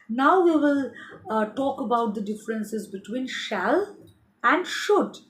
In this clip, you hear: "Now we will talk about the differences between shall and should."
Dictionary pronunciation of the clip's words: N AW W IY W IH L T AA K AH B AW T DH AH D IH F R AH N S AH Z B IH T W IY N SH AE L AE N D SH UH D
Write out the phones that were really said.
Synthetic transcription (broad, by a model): N AW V IY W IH L T AA K AH B AW T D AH D IH F R AH N S AH Z B IH T W IY N SH AE L AE N D SH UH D